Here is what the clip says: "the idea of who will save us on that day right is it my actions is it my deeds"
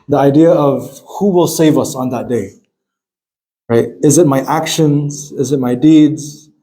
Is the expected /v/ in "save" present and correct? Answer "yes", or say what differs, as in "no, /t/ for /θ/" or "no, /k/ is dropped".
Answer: yes